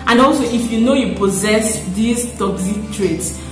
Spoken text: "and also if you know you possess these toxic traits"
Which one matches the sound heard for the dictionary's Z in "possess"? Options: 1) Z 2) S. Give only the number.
1